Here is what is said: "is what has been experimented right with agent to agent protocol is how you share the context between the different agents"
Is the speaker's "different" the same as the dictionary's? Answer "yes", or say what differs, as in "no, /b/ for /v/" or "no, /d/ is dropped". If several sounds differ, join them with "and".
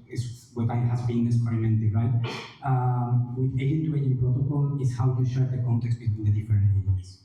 no, /ɹ/ is dropped and /n/ is dropped